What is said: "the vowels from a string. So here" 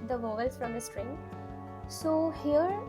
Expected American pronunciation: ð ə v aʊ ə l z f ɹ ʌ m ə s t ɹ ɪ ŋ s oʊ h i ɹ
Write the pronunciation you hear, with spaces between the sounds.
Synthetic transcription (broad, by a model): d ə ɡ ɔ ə l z f ɹ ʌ m ə s t ɹ ɪ ŋ s oʊ h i ɹ